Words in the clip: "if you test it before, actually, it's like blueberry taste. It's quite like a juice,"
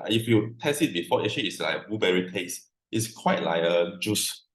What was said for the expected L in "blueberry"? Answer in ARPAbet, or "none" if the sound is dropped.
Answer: none